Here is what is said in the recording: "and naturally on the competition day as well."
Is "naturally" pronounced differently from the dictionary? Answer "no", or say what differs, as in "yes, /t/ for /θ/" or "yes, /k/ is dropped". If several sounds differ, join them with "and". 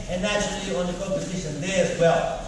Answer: yes, /ɹ/ is dropped